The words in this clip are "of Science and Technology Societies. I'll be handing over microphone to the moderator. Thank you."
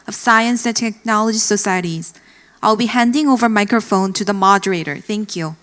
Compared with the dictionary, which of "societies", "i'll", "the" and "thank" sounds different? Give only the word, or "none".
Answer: none